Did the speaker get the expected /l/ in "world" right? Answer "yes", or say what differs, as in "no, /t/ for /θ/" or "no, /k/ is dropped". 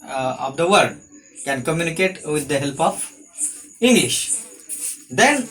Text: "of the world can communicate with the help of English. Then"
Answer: no, /l/ is dropped